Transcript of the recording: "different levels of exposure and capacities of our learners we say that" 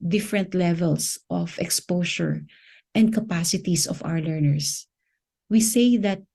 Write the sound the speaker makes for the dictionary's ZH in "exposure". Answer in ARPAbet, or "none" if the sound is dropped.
SH